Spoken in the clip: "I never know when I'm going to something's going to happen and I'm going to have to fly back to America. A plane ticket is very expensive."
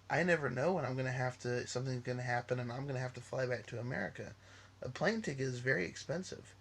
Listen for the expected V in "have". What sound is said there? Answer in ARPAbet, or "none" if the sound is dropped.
F